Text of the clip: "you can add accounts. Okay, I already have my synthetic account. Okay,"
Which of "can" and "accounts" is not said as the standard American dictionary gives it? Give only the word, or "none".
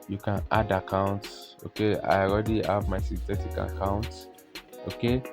none